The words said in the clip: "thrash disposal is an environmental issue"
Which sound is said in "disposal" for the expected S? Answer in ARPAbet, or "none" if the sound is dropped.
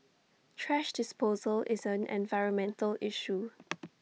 S